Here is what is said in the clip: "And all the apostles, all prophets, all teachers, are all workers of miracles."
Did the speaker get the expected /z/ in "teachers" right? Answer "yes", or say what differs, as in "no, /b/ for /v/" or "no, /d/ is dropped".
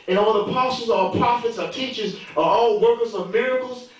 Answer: yes